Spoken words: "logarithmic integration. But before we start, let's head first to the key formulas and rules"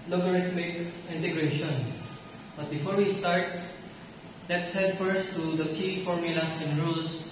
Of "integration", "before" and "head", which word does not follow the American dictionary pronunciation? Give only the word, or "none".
none